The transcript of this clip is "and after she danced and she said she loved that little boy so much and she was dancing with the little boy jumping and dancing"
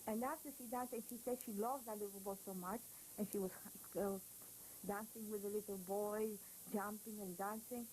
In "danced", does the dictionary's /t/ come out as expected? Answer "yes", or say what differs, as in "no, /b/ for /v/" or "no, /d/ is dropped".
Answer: no, /t/ is dropped